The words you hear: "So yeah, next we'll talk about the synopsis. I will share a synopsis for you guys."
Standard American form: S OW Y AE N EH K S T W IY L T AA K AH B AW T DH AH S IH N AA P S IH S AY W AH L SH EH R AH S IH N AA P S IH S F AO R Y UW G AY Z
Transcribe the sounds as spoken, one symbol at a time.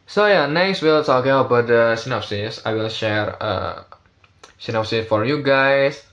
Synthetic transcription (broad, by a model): S OW Y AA N EH K S T W IY L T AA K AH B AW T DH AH S IH N AA P S IH S AY W AH L SH EH R AH S IH N AA P S IH S F AO R Y UW G AY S